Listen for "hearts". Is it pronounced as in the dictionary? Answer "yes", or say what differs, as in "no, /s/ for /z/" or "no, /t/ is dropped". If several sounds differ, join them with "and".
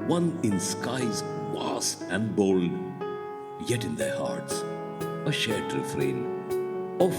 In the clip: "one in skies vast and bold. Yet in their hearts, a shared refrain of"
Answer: yes